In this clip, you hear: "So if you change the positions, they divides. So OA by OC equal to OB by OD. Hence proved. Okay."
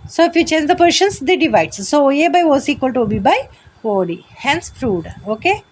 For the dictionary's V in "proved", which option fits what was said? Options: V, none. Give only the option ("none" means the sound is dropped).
none